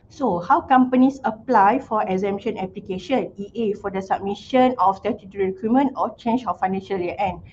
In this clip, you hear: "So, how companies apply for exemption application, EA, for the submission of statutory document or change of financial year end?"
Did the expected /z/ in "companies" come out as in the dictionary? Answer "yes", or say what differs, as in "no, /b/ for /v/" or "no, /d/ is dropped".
no, /s/ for /z/